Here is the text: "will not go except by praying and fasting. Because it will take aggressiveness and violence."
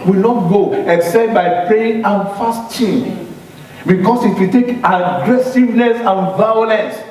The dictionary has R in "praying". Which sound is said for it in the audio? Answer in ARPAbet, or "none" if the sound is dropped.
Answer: none